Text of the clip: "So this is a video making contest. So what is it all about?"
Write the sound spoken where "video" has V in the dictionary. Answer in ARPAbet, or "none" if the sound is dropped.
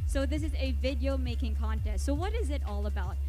V